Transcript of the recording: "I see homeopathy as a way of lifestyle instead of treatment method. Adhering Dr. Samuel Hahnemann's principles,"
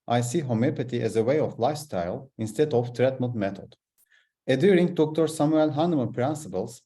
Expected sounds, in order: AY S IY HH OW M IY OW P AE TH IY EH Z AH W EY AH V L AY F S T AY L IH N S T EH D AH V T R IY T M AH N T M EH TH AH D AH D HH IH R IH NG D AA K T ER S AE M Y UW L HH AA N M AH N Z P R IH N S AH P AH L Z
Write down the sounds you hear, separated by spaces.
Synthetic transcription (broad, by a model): AY S IY HH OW M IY P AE T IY EH Z AH W EY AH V L AY F S T AY L IH N S T EH D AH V T R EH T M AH T M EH T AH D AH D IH R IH NG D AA K T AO S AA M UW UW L HH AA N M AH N P R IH N S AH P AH L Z